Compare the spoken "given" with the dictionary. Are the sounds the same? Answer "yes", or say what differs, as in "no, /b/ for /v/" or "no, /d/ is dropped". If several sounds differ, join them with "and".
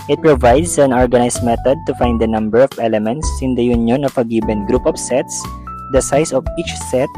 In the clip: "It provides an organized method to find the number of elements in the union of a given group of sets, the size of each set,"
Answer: no, /b/ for /v/